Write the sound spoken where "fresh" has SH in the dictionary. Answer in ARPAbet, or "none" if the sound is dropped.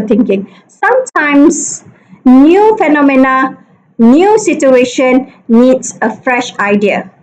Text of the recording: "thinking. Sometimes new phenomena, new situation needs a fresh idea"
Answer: SH